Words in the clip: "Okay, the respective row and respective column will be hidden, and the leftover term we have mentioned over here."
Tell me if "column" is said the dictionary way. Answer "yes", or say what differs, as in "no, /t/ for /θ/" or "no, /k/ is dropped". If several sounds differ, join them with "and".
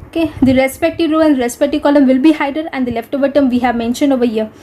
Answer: yes